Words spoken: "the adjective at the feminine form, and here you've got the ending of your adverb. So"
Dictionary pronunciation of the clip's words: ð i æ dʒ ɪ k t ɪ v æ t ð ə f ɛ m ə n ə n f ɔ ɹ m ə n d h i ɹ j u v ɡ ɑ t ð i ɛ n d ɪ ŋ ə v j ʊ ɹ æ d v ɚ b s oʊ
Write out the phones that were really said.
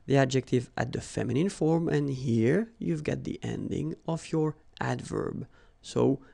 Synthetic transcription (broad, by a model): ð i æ dʒ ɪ k t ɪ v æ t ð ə f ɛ m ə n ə n f ɔ ɹ m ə n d h i ɹ j u v ɡ ɑ t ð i ɛ n d ɪ ŋ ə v j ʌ ɹ æ d v ɚ b s oʊ